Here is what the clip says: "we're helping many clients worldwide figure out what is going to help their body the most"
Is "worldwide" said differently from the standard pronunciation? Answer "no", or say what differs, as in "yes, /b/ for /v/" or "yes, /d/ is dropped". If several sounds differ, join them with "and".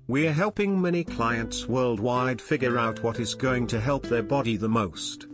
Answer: no